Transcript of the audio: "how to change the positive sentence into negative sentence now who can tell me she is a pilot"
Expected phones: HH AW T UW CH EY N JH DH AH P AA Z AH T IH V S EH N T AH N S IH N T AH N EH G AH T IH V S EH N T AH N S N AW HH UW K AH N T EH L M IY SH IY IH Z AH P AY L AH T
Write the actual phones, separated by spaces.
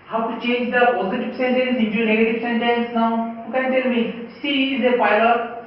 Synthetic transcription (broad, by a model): HH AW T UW CH EY N JH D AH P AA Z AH T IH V S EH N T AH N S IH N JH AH N EH G AH T IH V S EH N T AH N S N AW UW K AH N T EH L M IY S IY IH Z AH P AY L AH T